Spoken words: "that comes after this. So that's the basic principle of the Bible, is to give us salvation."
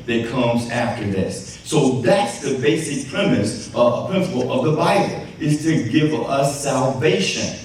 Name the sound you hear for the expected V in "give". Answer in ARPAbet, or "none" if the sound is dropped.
V